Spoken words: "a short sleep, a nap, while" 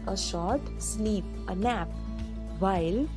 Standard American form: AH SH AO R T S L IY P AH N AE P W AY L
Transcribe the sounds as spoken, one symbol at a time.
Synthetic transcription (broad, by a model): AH SH AO R T S N IY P AH N AE P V AY L